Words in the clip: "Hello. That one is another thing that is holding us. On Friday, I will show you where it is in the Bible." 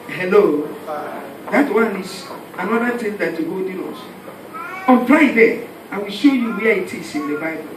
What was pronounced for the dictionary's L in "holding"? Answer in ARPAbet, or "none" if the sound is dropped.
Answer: none